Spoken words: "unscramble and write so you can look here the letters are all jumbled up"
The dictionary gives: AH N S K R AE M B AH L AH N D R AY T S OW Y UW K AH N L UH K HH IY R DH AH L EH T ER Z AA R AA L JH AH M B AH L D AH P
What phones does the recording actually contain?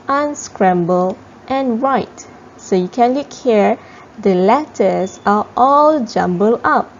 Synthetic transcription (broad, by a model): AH N S K R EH M B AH L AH N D R AY T S OW Y UW K AH N L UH K HH IY R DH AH L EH T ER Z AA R AA L JH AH M B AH L AH P